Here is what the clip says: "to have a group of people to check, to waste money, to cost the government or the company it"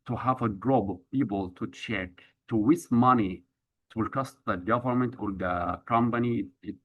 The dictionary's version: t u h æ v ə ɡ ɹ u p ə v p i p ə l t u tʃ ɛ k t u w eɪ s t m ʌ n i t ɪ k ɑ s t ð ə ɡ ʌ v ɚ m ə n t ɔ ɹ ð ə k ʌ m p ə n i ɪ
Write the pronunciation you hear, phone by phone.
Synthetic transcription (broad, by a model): t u h æ v ə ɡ ɹ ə b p i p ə l t u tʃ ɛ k t u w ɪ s m ʌ n i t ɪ k ɑ s t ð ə ɡ ʌ v ɚ m ə n t ɔ ɹ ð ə k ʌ m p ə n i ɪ